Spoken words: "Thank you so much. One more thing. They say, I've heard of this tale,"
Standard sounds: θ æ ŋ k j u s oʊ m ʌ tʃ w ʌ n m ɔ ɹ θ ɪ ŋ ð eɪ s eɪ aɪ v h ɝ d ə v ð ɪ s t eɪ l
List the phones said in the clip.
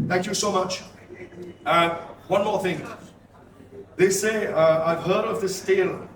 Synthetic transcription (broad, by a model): θ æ ŋ k j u s oʊ m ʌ tʃ w ʌ n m ɔ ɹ θ ɪ ŋ ð eɪ s eɪ aɪ v h ɝ d ə v ð ɪ s t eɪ l